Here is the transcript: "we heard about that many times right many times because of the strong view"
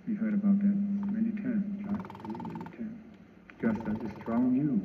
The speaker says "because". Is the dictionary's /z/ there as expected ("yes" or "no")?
no